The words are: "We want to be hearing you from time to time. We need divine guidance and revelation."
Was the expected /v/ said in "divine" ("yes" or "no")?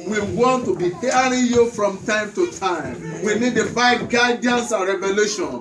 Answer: no